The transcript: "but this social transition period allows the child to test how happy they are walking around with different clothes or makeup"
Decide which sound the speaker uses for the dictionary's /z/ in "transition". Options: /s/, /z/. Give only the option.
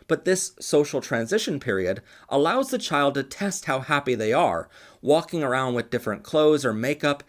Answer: /z/